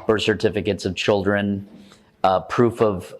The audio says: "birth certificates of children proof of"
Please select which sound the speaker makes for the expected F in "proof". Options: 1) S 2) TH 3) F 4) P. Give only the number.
3